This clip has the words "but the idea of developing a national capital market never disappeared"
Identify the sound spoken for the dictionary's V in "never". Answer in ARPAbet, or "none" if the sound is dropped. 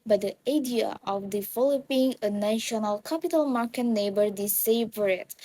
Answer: B